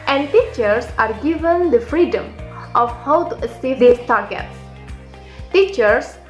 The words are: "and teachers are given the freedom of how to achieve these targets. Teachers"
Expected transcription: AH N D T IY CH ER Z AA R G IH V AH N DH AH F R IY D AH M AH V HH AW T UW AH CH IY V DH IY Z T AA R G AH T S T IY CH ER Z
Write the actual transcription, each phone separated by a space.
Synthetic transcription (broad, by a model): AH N D T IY CH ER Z AA R G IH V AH N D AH F R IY D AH M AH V HH AW T UW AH S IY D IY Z T AA R G AH T S T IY CH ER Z